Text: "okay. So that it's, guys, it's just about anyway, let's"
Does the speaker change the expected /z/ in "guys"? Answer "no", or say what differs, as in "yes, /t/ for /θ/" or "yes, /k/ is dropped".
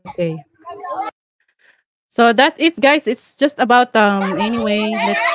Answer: yes, /s/ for /z/